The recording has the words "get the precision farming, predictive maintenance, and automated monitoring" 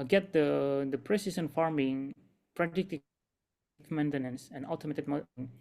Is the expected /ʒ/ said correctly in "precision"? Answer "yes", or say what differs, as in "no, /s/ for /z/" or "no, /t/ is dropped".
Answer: no, /s/ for /ʒ/